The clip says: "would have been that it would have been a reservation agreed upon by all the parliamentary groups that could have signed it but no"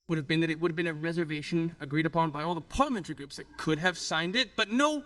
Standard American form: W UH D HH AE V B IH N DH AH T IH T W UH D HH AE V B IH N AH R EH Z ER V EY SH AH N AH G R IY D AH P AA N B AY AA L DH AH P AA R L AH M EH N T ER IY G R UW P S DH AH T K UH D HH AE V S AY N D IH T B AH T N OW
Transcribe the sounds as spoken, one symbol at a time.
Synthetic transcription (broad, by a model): W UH D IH V B IH N DH AH T IH T W UH D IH V B IH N AH R EH Z ER V EY SH AH N AH G R IY D AH P AA N B AY AA L DH AH P AA R L AH M EH N T ER IY G R UW P S DH AH T K UH D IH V S AY N D IH T B AH T N OW